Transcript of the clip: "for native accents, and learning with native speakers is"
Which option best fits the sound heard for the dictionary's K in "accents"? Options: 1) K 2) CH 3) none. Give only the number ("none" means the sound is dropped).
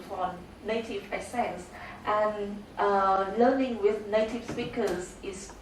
3